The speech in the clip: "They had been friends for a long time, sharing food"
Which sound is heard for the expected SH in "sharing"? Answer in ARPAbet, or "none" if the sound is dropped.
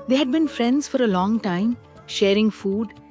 SH